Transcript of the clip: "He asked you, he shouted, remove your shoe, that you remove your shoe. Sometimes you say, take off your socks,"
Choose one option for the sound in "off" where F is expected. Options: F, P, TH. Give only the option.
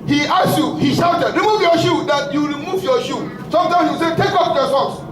P